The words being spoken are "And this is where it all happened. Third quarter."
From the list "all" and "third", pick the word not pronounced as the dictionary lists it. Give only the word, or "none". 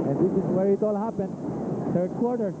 third